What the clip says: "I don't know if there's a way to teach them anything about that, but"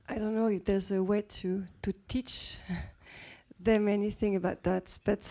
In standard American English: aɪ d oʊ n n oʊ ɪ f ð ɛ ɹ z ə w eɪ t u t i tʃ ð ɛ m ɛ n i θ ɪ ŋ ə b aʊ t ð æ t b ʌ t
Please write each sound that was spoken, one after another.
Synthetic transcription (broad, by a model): aɪ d oʊ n n oʊ ɪ f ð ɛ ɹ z ə w eɪ t u t i tʃ ð ɛ m ɛ n i θ ɪ ŋ ə b aʊ t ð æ t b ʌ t